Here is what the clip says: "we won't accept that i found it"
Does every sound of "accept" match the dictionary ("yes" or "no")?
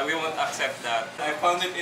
yes